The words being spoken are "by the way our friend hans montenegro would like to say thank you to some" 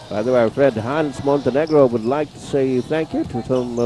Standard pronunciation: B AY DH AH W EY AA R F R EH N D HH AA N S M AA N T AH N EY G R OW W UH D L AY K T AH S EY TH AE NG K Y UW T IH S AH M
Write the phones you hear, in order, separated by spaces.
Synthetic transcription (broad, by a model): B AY DH AH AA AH R F R EH N D HH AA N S M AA N T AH N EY G R OW W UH D L AY K T AH S EY TH AE NG K Y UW T IH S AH M